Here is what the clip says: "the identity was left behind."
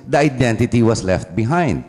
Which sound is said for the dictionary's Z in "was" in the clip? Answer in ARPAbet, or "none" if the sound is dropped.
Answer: S